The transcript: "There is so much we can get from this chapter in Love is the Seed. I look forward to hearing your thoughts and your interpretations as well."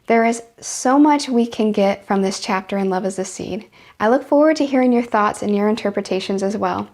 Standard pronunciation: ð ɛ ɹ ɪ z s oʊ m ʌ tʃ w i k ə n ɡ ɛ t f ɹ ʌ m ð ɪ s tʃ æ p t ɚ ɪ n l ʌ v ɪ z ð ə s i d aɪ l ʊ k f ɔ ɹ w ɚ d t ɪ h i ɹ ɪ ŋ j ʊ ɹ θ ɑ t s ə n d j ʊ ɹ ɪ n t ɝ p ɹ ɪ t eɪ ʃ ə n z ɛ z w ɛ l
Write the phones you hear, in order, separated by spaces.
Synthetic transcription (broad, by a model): ð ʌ ɹ ɪ z s oʊ m ʌ tʃ w i k ə n ɡ ɛ t f ɹ ʌ m ð ɪ s tʃ æ p t ɚ ɪ n l ʌ v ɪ z ð ə s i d aɪ l ʊ k f ɔ ɹ w ɚ d t ɪ h i ɹ ɪ ŋ j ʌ ɹ θ ɑ t s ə n j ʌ ɹ ɪ n t ɝ p ɹ ɪ t eɪ ʃ ə n z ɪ z w ɛ l